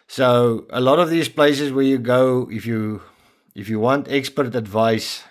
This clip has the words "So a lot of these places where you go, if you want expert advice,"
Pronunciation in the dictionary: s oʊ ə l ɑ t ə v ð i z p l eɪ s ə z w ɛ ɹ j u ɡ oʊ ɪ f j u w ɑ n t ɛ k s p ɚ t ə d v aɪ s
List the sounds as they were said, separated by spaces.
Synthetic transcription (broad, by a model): s oʊ ə l ɑ t ə v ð i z p l eɪ s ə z w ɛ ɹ j u ɡ oʊ ɪ f j u w ɑ n t ɛ k s p ɚ t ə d v aɪ s